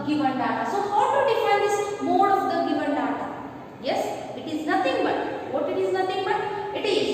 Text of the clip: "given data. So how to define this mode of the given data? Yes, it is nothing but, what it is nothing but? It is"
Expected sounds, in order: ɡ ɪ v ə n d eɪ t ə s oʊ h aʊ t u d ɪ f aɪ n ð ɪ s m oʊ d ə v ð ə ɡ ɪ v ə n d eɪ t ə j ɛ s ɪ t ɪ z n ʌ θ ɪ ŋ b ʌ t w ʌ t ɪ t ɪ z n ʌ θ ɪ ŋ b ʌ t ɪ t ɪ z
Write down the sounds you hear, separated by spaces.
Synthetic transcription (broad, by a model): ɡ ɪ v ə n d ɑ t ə s oʊ h aʊ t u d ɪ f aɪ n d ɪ s m oʊ d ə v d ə ɡ ɪ v ə n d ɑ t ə j ɛ s ɪ t ɪ z n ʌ t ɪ ŋ b ʌ t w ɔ t ɪ t ɪ z n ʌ t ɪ ŋ b ʌ t ɪ t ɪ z